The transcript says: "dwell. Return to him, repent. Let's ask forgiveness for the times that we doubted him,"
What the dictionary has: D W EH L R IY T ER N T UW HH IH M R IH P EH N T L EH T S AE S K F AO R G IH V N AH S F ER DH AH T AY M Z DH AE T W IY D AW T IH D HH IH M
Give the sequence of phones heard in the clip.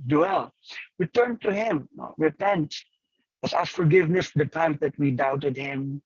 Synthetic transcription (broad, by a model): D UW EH L W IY T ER N T UW HH IH M R IH P EH N T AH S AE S F AO R G IH V N AH S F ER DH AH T AY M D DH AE T W IY D AW T IH D HH IH M